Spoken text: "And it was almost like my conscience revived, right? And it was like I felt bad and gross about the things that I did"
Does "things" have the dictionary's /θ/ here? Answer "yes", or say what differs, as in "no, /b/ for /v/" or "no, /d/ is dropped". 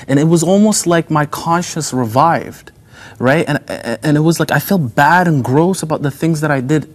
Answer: yes